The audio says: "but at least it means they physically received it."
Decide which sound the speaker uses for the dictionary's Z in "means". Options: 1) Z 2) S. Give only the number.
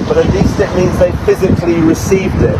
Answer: 1